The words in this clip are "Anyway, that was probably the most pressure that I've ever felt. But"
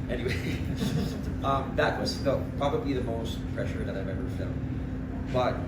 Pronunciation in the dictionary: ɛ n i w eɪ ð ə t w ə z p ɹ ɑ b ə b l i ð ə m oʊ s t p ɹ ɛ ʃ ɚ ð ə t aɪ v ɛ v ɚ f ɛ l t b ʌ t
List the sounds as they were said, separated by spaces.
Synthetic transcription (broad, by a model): ɛ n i w eɪ ð ə t w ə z p ɹ ɑ b ə b l i ð ə m oʊ s t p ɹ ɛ ʃ ɚ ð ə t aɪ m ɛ b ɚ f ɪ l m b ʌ t